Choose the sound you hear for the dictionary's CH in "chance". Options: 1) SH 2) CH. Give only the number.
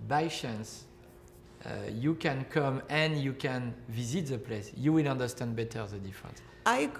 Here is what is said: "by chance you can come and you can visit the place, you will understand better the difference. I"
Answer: 1